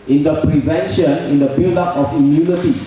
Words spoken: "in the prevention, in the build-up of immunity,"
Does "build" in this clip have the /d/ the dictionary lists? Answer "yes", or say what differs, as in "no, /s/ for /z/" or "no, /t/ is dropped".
no, /d/ is dropped